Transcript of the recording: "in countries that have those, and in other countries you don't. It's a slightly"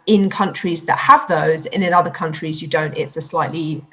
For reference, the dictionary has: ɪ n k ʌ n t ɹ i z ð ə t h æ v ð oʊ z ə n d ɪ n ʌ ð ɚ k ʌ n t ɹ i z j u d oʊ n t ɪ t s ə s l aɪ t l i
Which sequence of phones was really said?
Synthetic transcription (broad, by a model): ɪ n k ʌ n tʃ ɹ i z ð ə t h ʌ v ð oʊ z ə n ɪ n ʌ ð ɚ k ʌ n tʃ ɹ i z j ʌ d oʊ n t ɪ t s ə s l aɪ t l i